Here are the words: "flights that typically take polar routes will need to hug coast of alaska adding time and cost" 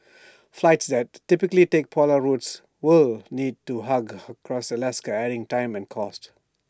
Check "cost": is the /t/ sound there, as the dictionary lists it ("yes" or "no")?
yes